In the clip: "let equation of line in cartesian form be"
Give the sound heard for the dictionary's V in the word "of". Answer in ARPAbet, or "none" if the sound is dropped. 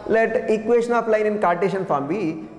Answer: P